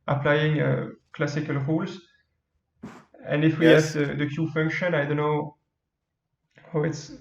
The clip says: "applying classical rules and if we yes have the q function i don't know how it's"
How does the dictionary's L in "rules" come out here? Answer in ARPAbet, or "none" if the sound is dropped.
L